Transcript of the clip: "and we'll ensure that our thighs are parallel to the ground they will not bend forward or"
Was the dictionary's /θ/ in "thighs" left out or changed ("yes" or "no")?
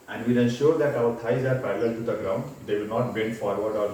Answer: yes